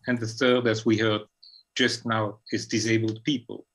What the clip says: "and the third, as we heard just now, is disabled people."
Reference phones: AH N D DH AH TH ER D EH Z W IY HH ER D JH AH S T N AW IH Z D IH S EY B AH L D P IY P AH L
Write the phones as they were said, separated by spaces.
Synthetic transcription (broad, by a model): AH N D DH AH TH ER D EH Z W IY HH ER D JH AH S T N AW IH Z D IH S EY B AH L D P IY P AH L